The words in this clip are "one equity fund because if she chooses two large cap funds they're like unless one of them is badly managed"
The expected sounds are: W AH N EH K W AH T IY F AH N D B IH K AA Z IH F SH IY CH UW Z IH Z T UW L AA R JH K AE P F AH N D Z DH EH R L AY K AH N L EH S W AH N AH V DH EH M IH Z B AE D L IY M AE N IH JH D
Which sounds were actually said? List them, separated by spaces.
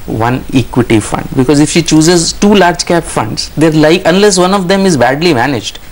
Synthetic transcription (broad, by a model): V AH N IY K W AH T IY F AH N D B IH K AA Z IH F SH IY CH UW Z IH Z T UW L AA R JH K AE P F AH N D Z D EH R L AY K AH N L EH S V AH N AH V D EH M IH Z B AE D L IY M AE N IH JH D